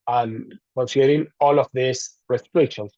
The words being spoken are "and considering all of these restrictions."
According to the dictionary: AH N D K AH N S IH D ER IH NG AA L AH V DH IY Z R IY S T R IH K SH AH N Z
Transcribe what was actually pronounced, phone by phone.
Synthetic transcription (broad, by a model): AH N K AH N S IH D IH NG AA L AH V DH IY S R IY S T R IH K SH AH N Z